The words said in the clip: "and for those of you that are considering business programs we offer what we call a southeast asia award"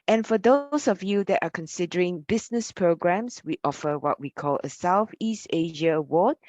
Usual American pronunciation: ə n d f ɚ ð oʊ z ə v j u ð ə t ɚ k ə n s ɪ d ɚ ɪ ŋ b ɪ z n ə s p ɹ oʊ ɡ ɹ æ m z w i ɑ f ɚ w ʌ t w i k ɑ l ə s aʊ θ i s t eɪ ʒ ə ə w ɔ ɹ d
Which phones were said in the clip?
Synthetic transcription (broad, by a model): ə n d f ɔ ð oʊ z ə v j u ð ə t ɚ k ə n s ɪ d ɚ ɪ ŋ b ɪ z n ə s p ɹ oʊ ɡ ɹ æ m s w i ɑ f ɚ w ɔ t w i k ɑ l ə s aʊ θ i s t eɪ ʒ ə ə w ɔ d